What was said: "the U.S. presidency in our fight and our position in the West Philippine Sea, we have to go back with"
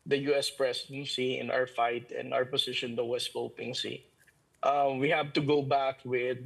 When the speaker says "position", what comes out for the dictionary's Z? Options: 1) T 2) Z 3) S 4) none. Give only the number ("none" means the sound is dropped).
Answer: 3